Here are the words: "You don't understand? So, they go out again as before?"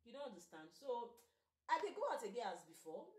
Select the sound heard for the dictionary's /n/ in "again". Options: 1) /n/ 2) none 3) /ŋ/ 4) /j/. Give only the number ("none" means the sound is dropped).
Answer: 2